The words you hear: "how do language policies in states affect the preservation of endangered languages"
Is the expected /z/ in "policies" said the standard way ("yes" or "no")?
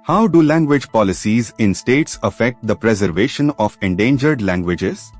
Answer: yes